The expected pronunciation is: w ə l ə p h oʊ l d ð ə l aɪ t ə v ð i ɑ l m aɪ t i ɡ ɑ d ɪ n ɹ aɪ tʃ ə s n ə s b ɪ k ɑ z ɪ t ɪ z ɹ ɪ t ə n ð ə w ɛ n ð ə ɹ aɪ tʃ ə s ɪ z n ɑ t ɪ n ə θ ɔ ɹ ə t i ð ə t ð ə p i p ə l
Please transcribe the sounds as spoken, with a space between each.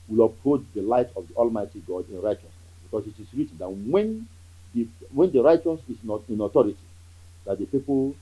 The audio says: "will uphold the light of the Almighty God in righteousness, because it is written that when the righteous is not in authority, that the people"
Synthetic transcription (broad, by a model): w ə l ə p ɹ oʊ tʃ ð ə l aɪ t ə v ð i ɑ l m aɪ t i ɡ ɑ d ɪ n ɹ aɪ tʃ ə s n ə s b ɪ k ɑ s ɪ t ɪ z ɹ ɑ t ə n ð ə w ɛ n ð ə ɹ aɪ tʃ ə s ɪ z n ɑ t ɪ n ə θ ɔ ɹ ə t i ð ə t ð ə p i p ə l